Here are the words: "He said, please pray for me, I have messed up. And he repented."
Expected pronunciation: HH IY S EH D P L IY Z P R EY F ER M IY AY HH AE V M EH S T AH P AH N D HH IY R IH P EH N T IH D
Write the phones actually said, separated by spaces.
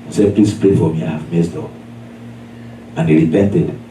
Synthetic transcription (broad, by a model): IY S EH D P L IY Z P R EY F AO M IY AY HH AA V M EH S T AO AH N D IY R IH P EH N T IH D